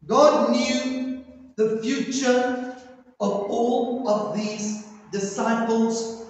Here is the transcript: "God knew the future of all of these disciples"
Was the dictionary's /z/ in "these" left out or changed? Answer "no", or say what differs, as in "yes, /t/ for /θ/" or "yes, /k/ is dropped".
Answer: no